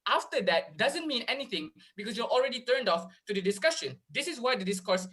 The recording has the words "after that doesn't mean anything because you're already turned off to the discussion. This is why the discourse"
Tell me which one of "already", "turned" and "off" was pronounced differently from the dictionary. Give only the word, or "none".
none